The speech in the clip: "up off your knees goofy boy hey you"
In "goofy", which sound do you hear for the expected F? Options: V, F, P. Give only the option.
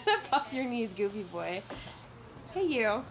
P